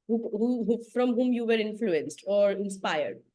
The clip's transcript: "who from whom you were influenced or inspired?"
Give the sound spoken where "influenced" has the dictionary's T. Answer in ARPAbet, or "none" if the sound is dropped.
T